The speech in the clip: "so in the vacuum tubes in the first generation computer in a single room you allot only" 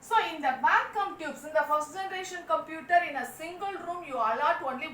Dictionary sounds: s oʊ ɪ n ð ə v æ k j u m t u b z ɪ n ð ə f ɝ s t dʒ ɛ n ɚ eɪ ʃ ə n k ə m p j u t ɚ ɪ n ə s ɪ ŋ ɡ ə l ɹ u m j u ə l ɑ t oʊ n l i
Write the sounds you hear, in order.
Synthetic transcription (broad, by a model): s oʊ ɪ n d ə b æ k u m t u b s ɪ n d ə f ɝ s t dʒ ɛ n ɚ eɪ ʃ ə n k ə m p j u t ɚ ɪ n ə s ɪ ŋ ɡ ə l ɹ u m j u ə l ɑ t oʊ n l i